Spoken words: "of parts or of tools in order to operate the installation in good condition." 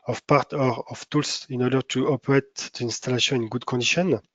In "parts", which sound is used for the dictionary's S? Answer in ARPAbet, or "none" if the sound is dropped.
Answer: none